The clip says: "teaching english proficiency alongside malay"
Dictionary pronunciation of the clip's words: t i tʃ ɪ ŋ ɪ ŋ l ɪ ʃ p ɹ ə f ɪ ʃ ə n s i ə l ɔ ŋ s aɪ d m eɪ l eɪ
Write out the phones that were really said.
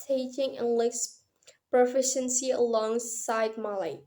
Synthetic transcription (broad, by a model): t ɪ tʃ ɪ ŋ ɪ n l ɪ s p ɹ ə f ɪ ʃ ə n s i ə l ɔ ŋ s aɪ d m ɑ l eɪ